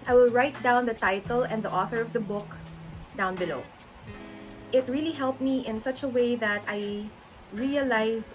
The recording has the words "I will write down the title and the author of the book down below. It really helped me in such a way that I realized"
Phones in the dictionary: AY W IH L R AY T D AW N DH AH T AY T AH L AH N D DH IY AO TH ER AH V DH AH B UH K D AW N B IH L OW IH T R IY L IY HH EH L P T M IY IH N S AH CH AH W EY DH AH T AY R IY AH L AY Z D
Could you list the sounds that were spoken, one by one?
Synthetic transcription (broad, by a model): AY W IH L R AY T D AW N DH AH T AY T AH L AH N D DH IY AO TH ER AH V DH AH B UH K D AW N B IH L OW IH T R IY L IY HH EH L P T M IY IH N S AH CH AH W EY DH AH T AY R IY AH L AY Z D